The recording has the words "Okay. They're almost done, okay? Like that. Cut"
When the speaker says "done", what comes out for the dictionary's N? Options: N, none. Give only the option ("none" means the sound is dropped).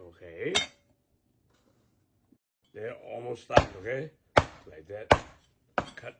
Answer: none